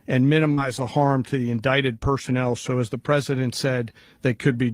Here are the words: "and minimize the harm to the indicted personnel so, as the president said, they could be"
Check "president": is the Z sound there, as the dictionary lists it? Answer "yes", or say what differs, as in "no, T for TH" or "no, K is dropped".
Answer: yes